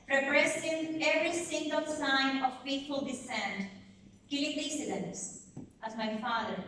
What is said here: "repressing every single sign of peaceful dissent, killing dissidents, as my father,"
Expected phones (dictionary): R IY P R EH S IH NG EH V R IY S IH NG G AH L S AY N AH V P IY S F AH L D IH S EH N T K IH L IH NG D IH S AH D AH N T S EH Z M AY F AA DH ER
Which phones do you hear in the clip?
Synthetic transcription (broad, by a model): R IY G R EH S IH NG EH V R IY S IH NG G AH L S AY N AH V F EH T F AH L D IH S EH N T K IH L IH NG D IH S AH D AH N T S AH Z M AY F AA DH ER